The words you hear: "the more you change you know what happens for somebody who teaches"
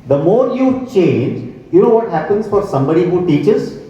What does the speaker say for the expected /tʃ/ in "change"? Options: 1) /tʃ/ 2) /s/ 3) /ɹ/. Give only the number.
1